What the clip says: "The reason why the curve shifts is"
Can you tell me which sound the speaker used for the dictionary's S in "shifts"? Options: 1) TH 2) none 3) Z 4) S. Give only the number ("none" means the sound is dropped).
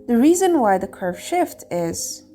2